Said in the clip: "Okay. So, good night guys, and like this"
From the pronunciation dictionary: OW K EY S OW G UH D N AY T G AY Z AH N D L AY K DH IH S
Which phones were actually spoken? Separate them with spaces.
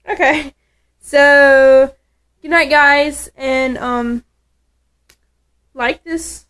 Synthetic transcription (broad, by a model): OW K EY S OW G UH D N AY T G AY Z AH N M L AY K DH IH S